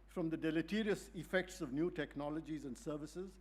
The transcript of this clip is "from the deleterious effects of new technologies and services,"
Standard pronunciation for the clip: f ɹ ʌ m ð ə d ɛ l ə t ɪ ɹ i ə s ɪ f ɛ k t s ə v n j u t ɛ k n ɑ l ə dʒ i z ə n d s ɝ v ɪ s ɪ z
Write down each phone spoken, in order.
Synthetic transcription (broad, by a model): f ɹ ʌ m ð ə d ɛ l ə t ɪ ɹ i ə s ɪ f ɛ k t s ə v n j u t ɛ k n ɑ l ə dʒ i z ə n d s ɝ v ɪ s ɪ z